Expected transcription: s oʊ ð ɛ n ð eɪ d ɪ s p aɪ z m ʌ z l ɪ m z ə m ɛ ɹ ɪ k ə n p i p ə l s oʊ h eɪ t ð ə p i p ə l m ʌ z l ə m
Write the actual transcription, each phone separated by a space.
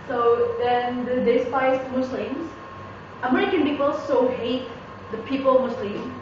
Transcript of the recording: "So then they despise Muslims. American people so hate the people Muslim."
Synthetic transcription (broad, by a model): s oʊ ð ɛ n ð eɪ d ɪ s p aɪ s m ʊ s l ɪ m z ə m ɛ ɹ ɪ k ə n p i p ə l s oʊ h eɪ t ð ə p i p ə l m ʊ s l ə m